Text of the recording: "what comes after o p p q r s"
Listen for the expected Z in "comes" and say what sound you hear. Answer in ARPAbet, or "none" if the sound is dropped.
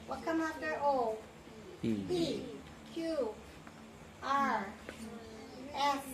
none